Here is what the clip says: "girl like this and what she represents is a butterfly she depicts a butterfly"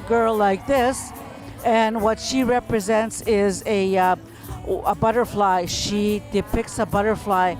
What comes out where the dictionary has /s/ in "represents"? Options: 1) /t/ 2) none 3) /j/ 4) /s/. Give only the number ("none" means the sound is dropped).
4